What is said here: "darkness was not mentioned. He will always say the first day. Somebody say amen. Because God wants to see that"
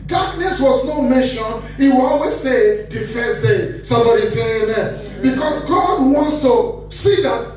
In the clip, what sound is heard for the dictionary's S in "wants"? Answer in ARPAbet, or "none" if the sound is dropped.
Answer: S